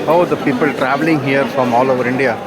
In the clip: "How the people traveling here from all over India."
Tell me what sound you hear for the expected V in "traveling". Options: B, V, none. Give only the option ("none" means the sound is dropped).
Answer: V